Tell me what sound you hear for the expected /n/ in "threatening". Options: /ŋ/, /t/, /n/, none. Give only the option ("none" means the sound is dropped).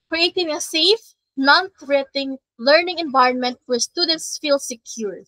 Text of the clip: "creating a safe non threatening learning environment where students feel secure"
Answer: none